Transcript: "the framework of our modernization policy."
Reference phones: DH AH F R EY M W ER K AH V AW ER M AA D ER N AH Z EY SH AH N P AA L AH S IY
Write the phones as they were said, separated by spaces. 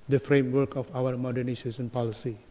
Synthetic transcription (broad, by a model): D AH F R EY M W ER K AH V AW ER M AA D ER N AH S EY S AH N P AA L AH S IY